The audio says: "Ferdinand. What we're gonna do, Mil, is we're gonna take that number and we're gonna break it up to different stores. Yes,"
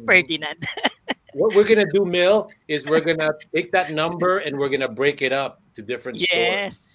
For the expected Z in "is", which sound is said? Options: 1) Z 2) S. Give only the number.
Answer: 1